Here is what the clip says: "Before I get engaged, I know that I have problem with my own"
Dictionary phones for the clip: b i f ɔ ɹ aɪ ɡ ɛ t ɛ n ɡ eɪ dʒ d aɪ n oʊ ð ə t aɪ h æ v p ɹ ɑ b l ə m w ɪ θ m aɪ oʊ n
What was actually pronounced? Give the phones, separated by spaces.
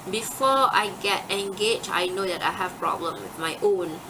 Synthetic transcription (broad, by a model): b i f ɔ aɪ ɡ ɛ t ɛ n ɡ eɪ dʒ aɪ n oʊ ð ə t aɪ h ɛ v p ɹ ɑ b l ə m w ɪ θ m aɪ oʊ n